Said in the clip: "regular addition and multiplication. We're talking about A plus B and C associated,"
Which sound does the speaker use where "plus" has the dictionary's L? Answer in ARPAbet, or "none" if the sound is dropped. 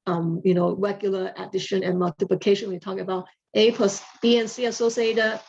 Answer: none